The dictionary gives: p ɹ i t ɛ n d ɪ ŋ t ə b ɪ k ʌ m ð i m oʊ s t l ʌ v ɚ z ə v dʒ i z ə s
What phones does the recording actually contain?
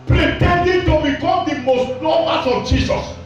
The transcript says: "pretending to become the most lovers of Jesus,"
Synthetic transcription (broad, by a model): p ɹ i t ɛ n d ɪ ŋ t ə b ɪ k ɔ m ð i m oʊ s t n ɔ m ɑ s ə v dʒ i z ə s